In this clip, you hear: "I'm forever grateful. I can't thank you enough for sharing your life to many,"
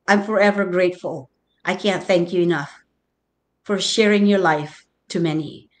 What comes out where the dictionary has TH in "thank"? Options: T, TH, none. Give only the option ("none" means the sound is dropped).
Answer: TH